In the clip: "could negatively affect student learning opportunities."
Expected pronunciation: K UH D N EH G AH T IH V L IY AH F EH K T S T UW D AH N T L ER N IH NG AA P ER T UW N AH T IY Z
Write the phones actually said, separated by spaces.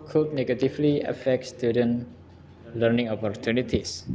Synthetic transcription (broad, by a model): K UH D N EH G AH T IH F L IY AH F EH K T S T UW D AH N L ER N IH NG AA P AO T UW N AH T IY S